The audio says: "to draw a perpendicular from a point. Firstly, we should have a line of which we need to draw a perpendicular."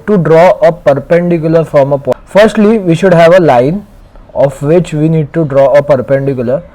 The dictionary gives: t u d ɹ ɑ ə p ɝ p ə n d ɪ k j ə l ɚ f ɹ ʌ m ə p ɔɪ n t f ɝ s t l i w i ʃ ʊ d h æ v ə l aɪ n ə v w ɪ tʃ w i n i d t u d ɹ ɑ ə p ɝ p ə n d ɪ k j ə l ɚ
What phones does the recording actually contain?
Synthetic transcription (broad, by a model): t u d ɹ ɑ ə p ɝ p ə n d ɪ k j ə l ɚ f ɹ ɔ m ə p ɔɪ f t s t l i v i ʃ ʊ d h æ v ə l aɪ n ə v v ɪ tʃ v i n i d t u d ɹ ɑ ə p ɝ p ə n d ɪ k j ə l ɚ